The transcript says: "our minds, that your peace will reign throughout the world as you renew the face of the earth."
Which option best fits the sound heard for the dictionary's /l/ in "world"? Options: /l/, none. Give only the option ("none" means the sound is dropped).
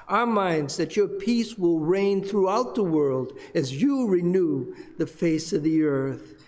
/l/